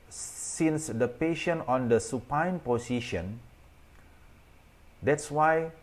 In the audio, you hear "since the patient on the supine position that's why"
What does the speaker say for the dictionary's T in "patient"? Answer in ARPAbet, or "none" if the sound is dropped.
none